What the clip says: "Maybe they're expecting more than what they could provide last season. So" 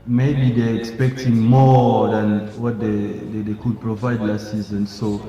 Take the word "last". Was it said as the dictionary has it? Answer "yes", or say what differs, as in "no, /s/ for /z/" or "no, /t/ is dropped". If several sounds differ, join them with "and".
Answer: no, /s/ is dropped